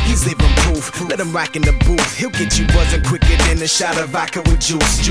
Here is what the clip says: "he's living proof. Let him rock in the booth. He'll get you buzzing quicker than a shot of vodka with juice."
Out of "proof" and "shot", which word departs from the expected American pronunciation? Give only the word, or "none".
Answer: proof